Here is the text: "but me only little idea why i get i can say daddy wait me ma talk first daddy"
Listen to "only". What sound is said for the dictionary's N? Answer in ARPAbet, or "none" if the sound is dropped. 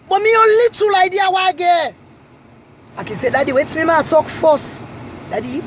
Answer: none